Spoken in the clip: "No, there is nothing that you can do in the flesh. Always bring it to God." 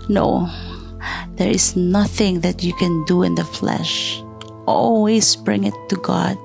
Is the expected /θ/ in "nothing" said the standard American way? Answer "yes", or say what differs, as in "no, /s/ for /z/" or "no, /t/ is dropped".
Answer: yes